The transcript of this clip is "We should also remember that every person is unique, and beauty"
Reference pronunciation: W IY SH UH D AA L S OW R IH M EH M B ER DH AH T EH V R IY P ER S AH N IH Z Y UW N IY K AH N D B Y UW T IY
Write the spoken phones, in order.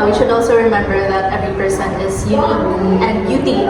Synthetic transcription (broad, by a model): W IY SH UH D AA L S OW R IH M EH M B ER DH AH T EH V R IY P ER S AH N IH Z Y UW AO AH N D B Y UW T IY